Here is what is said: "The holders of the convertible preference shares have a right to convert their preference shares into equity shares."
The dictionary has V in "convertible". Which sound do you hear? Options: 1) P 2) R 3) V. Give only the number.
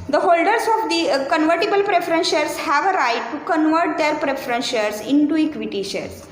3